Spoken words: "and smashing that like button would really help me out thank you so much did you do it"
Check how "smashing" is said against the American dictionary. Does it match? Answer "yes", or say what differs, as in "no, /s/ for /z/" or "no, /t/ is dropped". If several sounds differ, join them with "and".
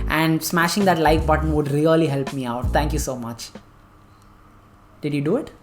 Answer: yes